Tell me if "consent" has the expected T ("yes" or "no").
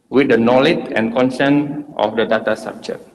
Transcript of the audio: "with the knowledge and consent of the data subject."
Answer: yes